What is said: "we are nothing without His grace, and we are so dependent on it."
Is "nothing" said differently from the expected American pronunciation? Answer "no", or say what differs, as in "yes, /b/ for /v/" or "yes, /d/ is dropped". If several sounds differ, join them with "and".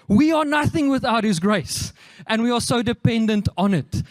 no